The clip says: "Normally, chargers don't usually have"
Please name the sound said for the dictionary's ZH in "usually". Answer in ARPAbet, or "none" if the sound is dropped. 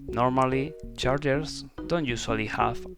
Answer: S